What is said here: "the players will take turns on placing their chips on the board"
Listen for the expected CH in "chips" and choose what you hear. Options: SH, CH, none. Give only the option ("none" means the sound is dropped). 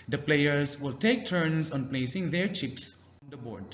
CH